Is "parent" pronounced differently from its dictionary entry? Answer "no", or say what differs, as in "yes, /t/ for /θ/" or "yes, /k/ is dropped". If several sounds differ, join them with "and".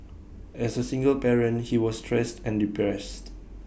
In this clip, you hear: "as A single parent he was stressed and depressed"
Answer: yes, /b/ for /p/